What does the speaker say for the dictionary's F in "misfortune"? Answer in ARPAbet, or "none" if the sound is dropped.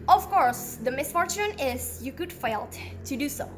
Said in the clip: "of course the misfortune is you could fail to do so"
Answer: F